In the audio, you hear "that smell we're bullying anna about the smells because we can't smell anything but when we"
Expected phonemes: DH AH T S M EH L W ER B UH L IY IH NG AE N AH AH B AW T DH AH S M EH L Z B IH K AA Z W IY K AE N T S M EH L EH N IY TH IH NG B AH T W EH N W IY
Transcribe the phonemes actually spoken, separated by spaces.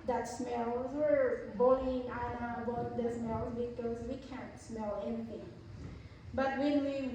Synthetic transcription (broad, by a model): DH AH T S M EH L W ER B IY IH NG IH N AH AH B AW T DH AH S M EH L Z B IH K AA Z W IY K AE N T S M EH L EH N IY TH IH NG B AH T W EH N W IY